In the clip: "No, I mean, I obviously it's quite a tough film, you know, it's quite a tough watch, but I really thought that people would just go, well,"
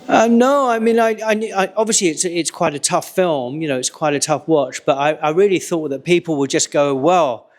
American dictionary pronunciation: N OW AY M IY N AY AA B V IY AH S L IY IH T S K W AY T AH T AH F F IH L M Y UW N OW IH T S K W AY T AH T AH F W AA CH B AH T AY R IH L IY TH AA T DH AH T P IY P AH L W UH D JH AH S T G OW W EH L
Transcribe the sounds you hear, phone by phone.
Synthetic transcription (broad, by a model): N OW AY M IY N AY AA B V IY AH S L IY IH T S K W AY T AH T AH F F IH L M Y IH N OW IH T S K W AY T AH T AH F W AA CH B AH T AY R IH L IY TH AA T DH AH T P IY P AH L W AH D JH AH S G OW W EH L